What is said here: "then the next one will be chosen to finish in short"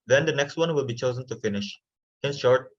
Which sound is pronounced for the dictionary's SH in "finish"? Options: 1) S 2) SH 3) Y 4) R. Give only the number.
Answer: 2